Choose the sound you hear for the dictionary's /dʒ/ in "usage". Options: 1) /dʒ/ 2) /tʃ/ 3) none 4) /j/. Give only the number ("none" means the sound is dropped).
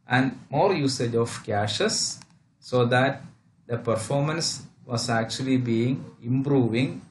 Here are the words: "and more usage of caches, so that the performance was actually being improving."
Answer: 1